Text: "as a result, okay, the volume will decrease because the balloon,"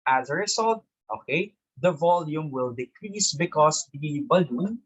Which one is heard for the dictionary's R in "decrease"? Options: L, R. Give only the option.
R